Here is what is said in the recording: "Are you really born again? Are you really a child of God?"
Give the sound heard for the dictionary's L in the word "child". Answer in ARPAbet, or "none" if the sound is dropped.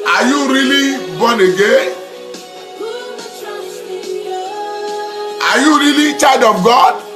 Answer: none